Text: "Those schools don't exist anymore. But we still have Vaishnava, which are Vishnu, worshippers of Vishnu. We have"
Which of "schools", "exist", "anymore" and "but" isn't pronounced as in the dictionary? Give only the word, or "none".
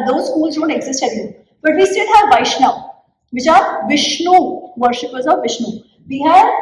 anymore